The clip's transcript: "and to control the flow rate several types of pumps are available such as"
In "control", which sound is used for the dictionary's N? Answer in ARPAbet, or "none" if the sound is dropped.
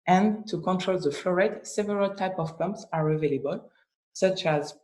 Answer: N